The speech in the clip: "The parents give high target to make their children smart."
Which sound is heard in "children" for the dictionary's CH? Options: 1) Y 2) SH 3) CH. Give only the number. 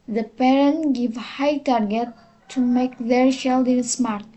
2